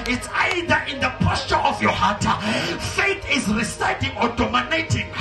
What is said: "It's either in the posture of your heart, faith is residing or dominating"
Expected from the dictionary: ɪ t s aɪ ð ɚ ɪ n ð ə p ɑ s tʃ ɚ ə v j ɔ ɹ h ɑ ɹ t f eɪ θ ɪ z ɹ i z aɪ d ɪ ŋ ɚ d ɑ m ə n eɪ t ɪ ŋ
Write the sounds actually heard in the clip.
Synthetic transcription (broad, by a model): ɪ t s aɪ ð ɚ ɪ n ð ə p ɑ s tʃ ɚ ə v j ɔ h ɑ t f eɪ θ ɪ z ɹ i s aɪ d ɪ ŋ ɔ d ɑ m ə n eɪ t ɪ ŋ